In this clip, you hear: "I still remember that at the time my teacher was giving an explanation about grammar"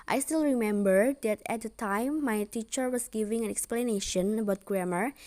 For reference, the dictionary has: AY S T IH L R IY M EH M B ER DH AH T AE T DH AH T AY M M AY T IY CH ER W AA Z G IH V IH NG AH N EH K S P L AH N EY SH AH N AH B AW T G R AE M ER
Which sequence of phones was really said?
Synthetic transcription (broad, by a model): AY S T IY L R IY M EH M B ER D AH T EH T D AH T AY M M AY T IY CH ER W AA S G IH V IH NG AH N EH K S P L AH N EY SH AH N AH B AW T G R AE M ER